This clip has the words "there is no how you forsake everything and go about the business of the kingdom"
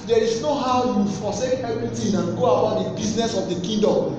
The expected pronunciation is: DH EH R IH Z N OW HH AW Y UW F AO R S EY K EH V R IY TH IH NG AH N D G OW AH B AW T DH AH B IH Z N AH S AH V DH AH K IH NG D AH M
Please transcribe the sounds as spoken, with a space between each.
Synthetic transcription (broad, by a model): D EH R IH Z N OW HH AW Y UW F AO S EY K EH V R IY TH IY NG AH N G OW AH UH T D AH B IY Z N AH S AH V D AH K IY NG D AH M